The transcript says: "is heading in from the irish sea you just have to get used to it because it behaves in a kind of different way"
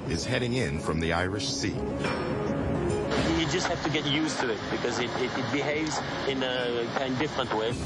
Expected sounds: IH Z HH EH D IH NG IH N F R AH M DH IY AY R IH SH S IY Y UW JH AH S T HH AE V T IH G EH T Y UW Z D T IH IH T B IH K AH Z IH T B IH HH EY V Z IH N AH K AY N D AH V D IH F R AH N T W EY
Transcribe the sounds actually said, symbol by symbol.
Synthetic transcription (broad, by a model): IH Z HH EH D IH NG IH N F R AH M DH IY AY R IH SH S IY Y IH JH AH S T HH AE F T IH G EH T Y UW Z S T IH IH T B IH K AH Z IH T B IH HH EY V Z IH N AH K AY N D D IH F R AH N T W EY